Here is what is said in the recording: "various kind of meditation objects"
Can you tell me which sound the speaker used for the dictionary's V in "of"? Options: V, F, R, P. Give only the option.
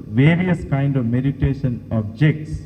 V